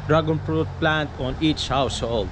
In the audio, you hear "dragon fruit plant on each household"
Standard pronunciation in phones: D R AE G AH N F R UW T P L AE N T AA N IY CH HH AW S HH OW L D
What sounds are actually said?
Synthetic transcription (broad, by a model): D R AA G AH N P R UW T P L AE N T AA N IY CH HH AW S HH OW L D